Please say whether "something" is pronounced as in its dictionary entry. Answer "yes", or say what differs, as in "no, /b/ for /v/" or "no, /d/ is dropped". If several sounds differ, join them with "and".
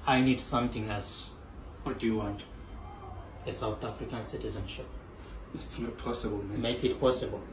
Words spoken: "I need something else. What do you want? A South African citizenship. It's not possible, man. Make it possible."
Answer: no, /t/ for /θ/